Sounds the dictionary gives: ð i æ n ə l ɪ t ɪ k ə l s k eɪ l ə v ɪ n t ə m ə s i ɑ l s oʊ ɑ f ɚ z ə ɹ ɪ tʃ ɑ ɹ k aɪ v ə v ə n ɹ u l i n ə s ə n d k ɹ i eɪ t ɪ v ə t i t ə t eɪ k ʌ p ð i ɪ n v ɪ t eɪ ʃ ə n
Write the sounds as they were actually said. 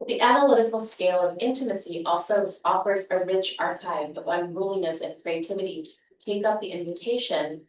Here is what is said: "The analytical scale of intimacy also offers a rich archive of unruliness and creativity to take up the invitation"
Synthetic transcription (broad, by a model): ð i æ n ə l ɪ t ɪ k l s k eɪ l ə v ɪ n t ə m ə s i ɑ l s oʊ ɑ f ɚ z ə ɹ ɪ tʃ ɑ ɹ k aɪ v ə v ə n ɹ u l i n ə s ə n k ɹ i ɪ t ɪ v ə t i t ə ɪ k ʌ p ð i ɪ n v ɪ t eɪ ʃ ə n